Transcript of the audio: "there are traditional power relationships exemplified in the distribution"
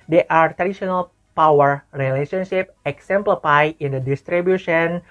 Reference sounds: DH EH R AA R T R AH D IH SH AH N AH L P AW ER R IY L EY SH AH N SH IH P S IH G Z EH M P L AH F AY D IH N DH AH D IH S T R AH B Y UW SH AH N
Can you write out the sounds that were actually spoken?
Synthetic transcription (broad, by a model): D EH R AA R T R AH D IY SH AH N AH L P AW ER R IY L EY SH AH N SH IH P IH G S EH M P L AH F AY IH N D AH D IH S T R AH B Y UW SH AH N